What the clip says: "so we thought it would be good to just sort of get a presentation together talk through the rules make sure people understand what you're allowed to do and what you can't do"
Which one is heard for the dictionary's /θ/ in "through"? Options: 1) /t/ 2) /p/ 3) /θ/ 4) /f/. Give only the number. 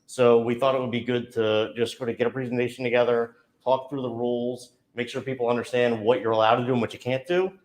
3